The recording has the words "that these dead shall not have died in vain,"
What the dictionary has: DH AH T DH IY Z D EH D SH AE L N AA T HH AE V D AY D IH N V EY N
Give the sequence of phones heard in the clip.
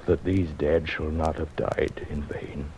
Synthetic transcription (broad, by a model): DH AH T DH IY Z D EH D SH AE L N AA T HH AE V D AY D IH N V EY N